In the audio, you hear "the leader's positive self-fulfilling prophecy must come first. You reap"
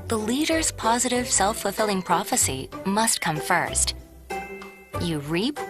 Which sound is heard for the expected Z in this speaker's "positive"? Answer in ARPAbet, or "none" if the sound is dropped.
Z